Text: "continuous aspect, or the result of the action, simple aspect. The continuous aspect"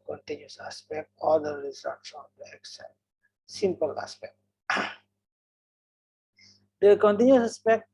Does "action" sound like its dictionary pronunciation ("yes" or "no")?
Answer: no